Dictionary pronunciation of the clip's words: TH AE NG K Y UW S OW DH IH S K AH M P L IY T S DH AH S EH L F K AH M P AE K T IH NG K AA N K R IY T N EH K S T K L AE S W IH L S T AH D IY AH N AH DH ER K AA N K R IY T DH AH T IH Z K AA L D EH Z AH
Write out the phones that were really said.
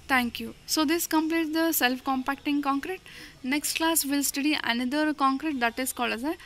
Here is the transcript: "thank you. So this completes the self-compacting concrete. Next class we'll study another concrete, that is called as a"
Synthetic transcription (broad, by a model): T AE NG K Y UW S OW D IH S K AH M P L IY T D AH S EH L F K AH M P AE K T IH NG K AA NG K R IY T N EH K S T K L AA S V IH L S T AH D IY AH N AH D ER K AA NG K R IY T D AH T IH S K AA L AH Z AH